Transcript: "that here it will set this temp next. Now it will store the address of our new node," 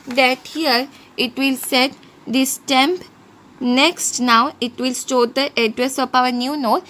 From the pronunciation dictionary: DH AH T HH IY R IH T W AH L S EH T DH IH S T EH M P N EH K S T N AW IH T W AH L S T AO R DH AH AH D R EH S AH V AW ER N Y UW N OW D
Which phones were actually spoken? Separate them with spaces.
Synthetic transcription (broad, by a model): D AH T HH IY R IH T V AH L S EH T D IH S T EH M P N EH K S T N AW IH T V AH L S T AO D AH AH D R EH S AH P AW ER N Y UW N OW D